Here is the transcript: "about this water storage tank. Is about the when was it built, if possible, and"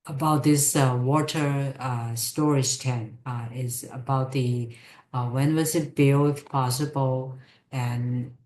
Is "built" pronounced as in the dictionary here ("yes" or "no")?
no